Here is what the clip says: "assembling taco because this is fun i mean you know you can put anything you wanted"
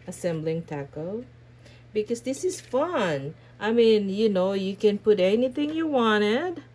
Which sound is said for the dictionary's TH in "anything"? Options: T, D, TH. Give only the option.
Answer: TH